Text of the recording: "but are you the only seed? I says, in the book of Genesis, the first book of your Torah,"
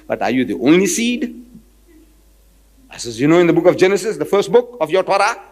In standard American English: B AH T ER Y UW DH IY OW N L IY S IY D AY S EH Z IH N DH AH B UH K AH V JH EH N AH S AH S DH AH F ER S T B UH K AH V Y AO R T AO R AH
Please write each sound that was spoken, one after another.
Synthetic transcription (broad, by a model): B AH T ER Y UW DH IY OW N L IY S IY D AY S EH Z IH N DH AH B UH K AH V JH EH N AH S AH S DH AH F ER S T B UH K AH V Y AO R T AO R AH